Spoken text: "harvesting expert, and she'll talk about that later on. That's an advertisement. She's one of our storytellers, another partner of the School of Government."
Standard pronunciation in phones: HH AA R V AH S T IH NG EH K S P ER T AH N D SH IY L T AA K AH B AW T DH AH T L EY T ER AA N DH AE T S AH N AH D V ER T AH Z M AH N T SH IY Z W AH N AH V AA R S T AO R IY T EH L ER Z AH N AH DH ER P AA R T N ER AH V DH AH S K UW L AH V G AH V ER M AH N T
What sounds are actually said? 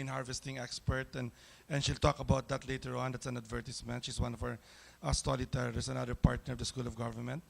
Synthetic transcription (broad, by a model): HH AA R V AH S T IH NG EH K S P ER T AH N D SH IY L T AA K AH B AW T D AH T L EY T ER AA N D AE T S AH N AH D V ER T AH S M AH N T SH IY S W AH N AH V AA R S T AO L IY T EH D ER S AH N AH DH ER P AA R T N ER AH V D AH S K UW L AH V G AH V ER M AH N T